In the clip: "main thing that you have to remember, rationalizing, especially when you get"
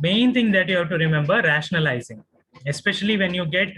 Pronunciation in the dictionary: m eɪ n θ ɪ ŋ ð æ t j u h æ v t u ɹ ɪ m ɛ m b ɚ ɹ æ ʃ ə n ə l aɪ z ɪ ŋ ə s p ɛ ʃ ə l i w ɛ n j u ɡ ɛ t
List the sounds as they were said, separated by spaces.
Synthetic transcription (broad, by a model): m eɪ n t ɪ ŋ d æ t j u h æ v t u ɹ ɪ m ɛ m b ɚ ɹ æ ʃ ə n ə l aɪ z ɪ ŋ ə s p ɛ ʃ ə l i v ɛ n j u ɡ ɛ t